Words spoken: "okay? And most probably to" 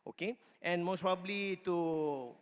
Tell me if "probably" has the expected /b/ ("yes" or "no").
yes